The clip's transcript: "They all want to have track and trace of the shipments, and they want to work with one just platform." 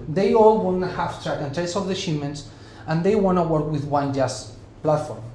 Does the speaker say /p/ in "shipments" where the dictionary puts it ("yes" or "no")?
no